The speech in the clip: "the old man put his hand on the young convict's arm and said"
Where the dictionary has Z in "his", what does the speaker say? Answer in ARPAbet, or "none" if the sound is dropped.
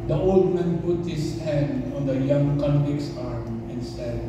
S